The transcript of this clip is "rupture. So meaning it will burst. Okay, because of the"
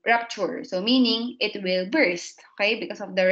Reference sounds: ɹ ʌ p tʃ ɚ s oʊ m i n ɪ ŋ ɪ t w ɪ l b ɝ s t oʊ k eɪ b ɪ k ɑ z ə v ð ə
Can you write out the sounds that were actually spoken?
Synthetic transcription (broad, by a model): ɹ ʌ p tʃ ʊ s oʊ m i n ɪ ŋ ɪ t w ɪ l b ɝ s t oʊ k eɪ b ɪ k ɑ s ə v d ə